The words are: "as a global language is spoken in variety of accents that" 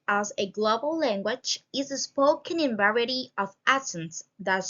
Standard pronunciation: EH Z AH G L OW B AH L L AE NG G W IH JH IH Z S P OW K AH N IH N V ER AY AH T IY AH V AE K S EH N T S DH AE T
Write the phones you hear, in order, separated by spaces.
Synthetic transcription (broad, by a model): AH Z AH G L OW B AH L L AE NG G W IH JH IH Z S P OW K AH N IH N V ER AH T IY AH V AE S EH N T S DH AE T